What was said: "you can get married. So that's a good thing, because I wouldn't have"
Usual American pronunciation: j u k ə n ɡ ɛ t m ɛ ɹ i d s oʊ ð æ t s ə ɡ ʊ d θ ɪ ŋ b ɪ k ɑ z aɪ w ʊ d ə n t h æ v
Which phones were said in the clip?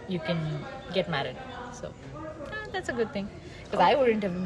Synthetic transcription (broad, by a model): j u k ə n ɡ ɛ t m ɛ ɹ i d s oʊ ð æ t s ə ɡ ʊ d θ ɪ ŋ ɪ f ɑ ɪ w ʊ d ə n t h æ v